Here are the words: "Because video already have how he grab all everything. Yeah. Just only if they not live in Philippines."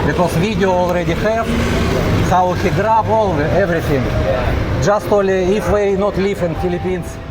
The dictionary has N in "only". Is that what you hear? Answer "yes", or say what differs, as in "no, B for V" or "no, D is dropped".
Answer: no, N is dropped